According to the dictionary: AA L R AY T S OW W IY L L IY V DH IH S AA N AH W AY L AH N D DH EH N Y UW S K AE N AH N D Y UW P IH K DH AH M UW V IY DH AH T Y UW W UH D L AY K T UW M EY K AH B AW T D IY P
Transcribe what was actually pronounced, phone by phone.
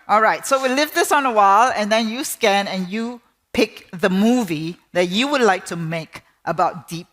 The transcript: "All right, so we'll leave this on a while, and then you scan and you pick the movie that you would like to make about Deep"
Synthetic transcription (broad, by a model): AA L R AY T S OW W IY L L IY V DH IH S AA N AH W AY L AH N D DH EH N Y UW S K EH N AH N Y UW P IH K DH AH M UW V IY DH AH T Y UW W UH D L AY K T UW M EY K AH B AW T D IY P